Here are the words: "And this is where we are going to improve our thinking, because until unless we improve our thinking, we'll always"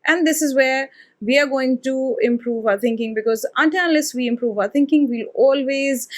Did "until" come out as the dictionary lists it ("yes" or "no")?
no